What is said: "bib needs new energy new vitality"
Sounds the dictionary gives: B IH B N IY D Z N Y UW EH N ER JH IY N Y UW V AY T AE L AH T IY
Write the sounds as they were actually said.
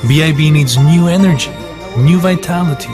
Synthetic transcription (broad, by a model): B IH B N IY D Z N Y UW EH N ER JH IY N Y UW V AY T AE L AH T IY